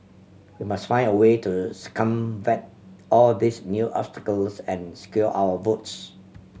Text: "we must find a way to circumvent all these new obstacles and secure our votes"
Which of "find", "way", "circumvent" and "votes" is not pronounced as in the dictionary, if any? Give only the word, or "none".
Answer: circumvent